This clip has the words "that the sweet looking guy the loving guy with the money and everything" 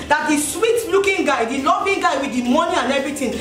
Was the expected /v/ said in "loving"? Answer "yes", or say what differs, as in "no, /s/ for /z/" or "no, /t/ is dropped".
no, /b/ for /v/